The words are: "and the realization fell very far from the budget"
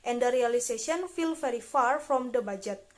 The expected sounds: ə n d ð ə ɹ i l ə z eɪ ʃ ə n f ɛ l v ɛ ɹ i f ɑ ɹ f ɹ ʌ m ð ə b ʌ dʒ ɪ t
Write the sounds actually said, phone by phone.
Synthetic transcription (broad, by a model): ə n d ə ɹ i l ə s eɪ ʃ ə n f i l f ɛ ɹ i f ɑ ɹ f ɹ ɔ m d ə b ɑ dʒ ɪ t